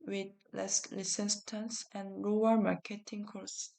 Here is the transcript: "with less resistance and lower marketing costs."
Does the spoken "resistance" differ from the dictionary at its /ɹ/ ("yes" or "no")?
yes